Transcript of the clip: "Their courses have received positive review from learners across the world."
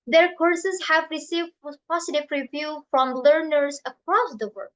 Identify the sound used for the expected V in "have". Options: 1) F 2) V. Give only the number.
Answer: 2